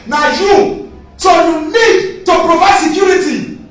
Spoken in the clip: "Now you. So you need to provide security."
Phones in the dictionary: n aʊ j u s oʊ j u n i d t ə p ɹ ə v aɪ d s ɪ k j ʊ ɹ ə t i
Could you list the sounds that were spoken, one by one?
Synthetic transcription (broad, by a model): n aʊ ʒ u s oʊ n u l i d t ə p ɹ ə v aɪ s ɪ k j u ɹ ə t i